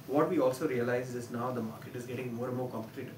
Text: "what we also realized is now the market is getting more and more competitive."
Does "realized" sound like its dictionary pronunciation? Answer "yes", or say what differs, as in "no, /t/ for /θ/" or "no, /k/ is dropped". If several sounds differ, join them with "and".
no, /d/ is dropped